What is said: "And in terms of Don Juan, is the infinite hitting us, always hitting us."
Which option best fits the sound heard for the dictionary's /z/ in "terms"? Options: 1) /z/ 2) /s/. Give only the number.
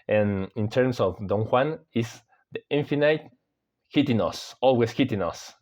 2